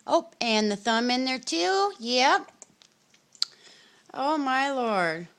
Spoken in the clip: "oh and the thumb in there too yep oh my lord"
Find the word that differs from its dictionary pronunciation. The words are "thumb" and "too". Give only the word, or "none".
none